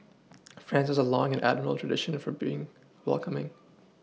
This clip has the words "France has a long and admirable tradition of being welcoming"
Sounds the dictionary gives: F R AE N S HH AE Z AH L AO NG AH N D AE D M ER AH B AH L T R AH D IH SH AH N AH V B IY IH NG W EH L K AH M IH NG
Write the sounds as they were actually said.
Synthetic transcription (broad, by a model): F R AE N S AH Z AH L AO NG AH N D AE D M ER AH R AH L T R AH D IH SH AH N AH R B IY IH NG W EH L K AH M IH NG